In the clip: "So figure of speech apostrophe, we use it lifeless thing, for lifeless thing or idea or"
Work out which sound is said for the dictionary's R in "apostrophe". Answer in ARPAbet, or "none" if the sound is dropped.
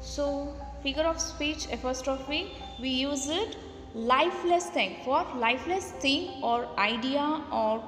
none